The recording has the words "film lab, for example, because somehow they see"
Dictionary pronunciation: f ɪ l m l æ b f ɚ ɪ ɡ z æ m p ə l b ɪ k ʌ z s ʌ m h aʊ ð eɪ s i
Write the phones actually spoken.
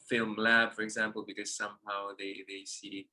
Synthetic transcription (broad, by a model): f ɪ l m l æ b f ɚ ɪ ɡ z æ m p ə l b ɪ k ʌ z s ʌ m h aʊ ð eɪ s i